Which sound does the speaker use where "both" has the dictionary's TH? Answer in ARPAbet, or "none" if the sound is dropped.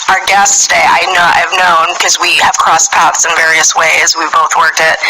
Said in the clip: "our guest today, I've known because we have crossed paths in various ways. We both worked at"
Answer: TH